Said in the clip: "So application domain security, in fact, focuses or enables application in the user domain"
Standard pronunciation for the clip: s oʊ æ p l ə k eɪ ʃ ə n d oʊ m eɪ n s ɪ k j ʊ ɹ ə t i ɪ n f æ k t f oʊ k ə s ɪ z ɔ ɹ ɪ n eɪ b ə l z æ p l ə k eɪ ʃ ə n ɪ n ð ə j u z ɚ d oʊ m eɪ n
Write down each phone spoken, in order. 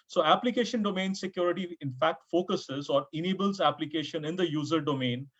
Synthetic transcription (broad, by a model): s oʊ æ p l ə k eɪ ʃ ə n d oʊ m eɪ n s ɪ k j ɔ ɹ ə t i ɪ n f æ k t f oʊ k ə s ɪ z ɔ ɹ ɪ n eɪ b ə l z æ p l ə k eɪ ʃ ə n ɪ n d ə j u z ɚ d oʊ m eɪ n